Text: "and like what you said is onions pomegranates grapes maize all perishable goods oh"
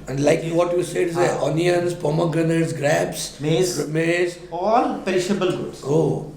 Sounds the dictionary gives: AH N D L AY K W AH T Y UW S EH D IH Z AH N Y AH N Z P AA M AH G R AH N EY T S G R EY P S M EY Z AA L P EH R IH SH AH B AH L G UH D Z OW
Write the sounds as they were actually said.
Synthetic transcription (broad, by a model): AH N D L AY K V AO T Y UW S EH D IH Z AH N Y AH N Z P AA M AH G AH N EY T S G R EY B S M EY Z AA L P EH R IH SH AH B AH L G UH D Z OW